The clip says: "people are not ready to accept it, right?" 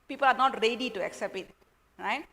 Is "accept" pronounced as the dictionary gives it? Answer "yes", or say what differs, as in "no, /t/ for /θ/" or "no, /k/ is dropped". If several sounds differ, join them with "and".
yes